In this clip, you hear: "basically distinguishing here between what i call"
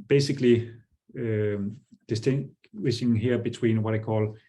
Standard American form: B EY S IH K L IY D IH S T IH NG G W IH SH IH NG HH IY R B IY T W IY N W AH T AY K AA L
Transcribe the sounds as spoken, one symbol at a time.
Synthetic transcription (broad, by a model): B EY S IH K L IY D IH S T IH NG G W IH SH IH NG HH IY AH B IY S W IY N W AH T AY K AA L